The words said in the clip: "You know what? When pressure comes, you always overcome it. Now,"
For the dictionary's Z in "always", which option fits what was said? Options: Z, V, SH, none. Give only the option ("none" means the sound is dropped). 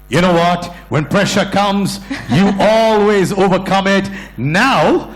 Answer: Z